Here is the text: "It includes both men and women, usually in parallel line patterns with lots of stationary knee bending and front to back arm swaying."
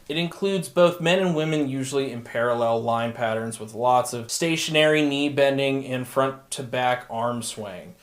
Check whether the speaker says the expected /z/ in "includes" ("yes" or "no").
yes